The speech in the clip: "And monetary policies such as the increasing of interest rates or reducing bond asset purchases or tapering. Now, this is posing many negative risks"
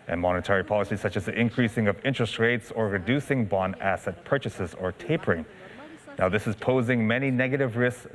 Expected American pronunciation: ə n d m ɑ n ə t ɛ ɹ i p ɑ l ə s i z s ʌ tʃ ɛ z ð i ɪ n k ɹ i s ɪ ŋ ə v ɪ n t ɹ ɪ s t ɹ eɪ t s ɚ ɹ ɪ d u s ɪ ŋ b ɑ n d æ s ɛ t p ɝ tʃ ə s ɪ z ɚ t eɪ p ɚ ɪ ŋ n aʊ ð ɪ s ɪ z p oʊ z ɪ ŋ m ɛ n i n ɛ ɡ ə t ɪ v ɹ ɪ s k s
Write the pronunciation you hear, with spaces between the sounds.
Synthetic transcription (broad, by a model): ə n m ɑ n ə t ɛ ɹ i p ɑ l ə s i s ʌ tʃ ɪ z ð i ɪ n k ɹ i s ɪ ŋ ə v ɪ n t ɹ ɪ s t ɹ eɪ t s ɚ ɹ ɪ d u s ɪ ŋ b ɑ n æ s ɛ t p ɝ tʃ ə s ɪ z ɚ t eɪ p ɚ ɪ ŋ n aʊ ð ɪ s ɪ z p oʊ z ɪ ŋ m ɛ n i n ɛ ɡ ə t ɪ v ɹ ɪ s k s